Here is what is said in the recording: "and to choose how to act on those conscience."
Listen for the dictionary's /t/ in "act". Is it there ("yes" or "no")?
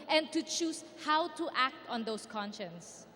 yes